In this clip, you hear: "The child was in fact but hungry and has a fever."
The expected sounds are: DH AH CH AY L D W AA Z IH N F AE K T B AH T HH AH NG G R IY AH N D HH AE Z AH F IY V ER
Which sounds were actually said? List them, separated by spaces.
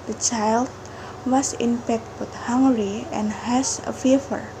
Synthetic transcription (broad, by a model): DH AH CH AY L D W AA S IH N P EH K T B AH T HH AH NG G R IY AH N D HH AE S AH F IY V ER